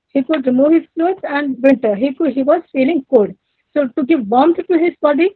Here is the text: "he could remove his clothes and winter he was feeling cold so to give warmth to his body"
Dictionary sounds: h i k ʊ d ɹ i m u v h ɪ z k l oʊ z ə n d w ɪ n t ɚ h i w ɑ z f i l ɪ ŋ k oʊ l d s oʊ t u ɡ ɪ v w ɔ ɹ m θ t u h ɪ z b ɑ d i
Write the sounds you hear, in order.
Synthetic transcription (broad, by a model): h i k ʊ d ɹ i m u v h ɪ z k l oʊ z ə n d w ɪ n t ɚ h i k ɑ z f i l ɪ ŋ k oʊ d s oʊ t u ɡ ɪ v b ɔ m s t u h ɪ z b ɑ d i